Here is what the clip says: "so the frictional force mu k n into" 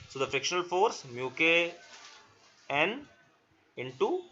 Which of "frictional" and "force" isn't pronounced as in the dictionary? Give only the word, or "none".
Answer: none